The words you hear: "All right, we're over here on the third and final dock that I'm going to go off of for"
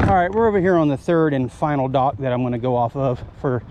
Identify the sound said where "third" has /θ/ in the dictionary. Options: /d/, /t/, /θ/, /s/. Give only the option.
/θ/